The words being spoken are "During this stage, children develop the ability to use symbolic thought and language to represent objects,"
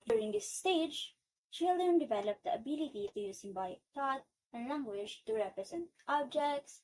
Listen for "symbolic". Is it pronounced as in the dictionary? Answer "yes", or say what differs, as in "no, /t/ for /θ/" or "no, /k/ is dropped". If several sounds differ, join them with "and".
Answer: no, /l/ is dropped